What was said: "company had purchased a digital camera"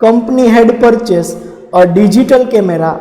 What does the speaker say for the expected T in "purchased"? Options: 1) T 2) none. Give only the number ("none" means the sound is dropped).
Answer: 2